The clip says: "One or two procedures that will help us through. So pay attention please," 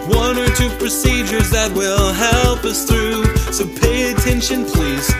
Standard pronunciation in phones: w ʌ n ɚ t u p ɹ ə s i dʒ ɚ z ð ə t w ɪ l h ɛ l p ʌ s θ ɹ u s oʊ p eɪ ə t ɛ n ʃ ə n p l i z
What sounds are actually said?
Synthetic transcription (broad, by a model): w ʌ n ɚ t u p ɹ ə s i dʒ ɚ z ð ə t w ɪ l h ɛ l p ʌ s θ ɹ u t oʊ p eɪ ə t ɛ n ʃ ə n p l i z